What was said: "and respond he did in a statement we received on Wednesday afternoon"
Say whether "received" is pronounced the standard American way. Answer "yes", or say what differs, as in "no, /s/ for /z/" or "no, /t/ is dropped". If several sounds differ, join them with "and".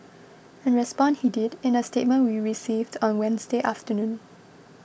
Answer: yes